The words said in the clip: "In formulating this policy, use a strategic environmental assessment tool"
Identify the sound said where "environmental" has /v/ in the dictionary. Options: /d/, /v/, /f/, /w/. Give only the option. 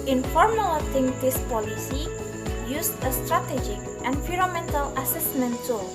/f/